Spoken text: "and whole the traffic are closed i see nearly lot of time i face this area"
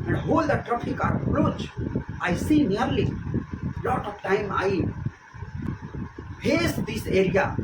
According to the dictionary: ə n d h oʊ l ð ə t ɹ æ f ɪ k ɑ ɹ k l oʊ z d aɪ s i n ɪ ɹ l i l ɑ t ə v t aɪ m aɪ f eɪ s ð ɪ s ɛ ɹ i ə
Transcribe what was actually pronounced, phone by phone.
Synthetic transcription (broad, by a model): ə n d h oʊ l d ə t ɹ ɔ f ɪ k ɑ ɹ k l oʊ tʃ aɪ s i n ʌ ɹ l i l ɑ t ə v t aɪ m aɪ p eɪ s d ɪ s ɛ ɹ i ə